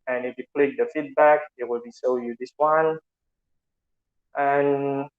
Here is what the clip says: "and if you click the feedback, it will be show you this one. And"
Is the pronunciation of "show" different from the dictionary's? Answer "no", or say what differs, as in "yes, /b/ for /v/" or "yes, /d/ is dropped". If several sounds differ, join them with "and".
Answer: yes, /s/ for /ʃ/